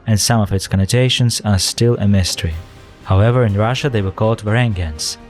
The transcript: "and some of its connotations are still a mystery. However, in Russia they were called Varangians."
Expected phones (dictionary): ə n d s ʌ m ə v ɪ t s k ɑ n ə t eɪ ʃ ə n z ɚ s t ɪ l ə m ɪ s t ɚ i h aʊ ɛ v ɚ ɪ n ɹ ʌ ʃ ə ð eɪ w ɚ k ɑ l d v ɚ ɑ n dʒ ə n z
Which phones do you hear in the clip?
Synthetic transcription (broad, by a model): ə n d s ʌ m ə v ɪ t s k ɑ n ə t eɪ ʃ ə n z ɚ s t ɪ l ə m ɪ s t ɚ i h aʊ ɛ v ɚ ɪ n ɹ ʌ ʃ ə ð eɪ w ɚ k ɑ l d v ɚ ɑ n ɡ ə n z